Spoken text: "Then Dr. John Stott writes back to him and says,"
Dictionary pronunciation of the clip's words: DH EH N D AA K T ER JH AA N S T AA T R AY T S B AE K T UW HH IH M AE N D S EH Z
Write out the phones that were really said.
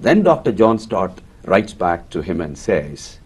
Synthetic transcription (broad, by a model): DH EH N D AA K T ER JH AA N S T AA T R AY T S B AE K T UW HH IH M AE N D S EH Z